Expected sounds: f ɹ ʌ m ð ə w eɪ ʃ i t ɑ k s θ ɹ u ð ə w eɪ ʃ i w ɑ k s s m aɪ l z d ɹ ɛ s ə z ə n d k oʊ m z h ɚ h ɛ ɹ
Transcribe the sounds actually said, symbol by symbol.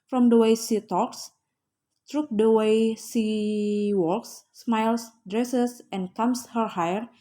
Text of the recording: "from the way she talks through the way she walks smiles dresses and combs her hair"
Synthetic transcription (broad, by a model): f ɹ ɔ m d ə w eɪ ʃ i t ɑ k s t ɹ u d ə w eɪ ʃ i w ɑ k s s m aɪ l s d ɹ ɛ s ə s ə n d k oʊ m s h ɚ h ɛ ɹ